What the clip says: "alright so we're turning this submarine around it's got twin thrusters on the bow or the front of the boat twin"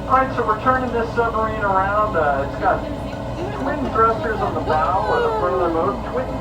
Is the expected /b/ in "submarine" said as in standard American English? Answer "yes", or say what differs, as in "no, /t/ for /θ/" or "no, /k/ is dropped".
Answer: no, /b/ is dropped